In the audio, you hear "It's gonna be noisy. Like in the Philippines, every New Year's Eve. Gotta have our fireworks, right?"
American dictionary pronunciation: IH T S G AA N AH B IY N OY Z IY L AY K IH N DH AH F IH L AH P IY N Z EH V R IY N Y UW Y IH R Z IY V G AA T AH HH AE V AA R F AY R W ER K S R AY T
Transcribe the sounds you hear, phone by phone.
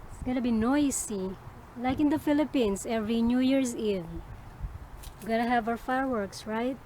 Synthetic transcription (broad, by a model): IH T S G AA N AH B IY N OY S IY L AY K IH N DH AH F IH L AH P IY N S EH V R IY N Y UW Y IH R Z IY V G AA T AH HH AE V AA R F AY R W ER K S R AY T